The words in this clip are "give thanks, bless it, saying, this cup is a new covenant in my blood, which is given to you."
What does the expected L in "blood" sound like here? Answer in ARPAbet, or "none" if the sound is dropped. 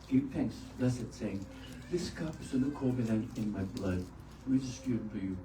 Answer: L